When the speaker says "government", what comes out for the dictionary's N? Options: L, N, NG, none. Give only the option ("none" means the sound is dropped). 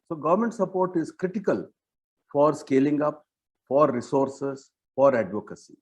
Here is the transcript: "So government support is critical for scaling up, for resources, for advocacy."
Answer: N